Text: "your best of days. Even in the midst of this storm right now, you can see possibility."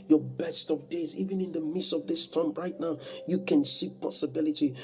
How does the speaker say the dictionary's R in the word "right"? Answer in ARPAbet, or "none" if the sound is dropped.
R